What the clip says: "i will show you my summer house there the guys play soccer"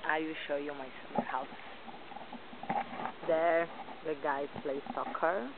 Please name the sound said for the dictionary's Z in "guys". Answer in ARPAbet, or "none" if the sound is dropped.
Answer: none